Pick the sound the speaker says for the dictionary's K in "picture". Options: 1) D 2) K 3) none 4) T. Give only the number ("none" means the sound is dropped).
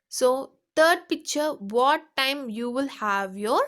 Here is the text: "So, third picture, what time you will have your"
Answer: 2